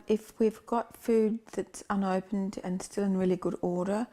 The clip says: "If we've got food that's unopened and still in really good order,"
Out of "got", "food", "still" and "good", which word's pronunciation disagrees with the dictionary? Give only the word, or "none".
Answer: none